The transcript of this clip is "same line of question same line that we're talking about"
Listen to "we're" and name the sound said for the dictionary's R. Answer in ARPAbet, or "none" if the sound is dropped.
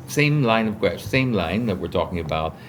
R